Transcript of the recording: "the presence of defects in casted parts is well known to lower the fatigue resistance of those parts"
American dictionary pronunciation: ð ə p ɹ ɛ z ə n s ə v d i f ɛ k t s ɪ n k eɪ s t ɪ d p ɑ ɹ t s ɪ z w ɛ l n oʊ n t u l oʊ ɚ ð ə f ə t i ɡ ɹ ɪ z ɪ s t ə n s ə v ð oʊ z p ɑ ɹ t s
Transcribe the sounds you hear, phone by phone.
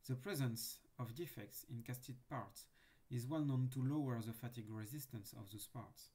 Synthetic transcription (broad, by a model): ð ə p ɹ ɛ z ə n s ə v d i f ɛ k t s ɪ n k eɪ s t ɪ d p ɑ ɹ t s ɪ z w ɛ l n oʊ n t u l oʊ ɚ ð ə f ə t i ɡ ɹ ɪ z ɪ s t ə n s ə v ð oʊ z p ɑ ɹ t s